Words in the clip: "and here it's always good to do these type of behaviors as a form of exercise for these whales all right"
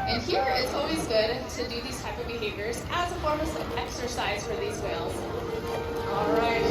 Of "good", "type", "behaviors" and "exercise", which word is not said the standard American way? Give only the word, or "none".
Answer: none